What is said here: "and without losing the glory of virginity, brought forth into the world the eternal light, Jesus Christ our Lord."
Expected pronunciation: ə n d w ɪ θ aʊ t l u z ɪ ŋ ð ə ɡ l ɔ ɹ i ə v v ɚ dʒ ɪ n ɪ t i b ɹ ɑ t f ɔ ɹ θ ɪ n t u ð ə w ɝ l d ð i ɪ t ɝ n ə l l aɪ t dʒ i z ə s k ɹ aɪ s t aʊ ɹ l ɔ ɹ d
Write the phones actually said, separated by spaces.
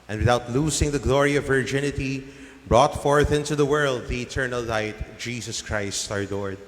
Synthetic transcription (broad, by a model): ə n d w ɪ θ aʊ t l u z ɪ ŋ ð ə ɡ l ɔ ɹ i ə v v ɚ dʒ ɪ n ɪ t i b ɹ ɑ t f ɔ ɹ θ ɪ n t u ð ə w ɝ l d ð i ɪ t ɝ n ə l l aɪ t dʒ i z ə s k ɹ aɪ s t aʊ ɹ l ɔ ɹ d